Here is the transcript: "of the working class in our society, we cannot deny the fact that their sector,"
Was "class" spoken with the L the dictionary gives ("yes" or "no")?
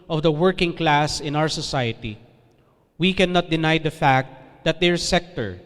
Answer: yes